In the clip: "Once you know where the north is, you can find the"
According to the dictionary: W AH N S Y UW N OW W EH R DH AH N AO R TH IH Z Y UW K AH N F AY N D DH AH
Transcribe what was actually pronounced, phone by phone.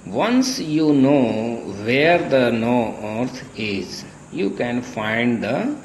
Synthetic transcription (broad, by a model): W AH N S Y UW N OW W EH R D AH N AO R T IH Z Y UW K AH N F AY N D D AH